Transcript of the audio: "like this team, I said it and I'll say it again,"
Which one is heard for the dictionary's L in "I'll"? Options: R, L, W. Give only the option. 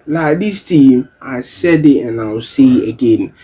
W